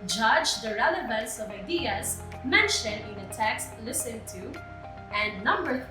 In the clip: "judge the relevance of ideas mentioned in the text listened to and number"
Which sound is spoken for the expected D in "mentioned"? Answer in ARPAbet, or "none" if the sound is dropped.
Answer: none